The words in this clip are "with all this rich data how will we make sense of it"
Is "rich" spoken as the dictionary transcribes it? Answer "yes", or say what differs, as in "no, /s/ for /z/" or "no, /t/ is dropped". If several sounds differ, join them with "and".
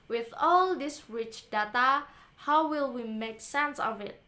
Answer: yes